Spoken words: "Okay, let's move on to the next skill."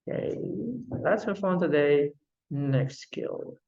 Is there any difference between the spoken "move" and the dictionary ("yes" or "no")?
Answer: yes